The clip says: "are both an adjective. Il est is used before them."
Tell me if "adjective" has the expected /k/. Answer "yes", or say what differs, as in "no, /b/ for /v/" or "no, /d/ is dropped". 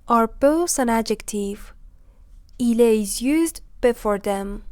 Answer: yes